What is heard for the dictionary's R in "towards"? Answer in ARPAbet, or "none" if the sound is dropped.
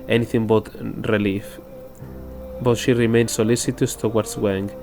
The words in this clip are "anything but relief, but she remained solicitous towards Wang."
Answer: W